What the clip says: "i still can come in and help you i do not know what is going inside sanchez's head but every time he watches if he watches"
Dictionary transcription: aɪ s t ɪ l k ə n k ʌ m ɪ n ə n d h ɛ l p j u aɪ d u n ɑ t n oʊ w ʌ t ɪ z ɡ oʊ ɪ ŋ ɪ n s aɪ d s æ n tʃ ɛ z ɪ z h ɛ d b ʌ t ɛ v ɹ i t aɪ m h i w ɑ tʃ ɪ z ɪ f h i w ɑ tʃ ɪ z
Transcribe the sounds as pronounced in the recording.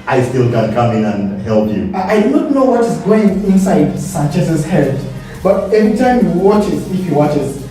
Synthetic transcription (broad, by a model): aɪ s t ɪ l k ə n k ʌ m ɪ n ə n h ɛ l p j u aɪ d u n ɑ t n oʊ w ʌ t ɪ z ɡ oʊ ɪ ŋ ɪ n s aɪ d s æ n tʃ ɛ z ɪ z h ɛ d b ʌ t ɛ v ɹ i t aɪ m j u w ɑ tʃ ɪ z ɪ f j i w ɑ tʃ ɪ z